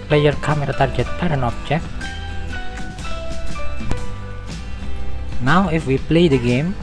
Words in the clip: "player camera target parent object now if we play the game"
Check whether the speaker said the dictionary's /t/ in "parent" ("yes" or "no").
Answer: no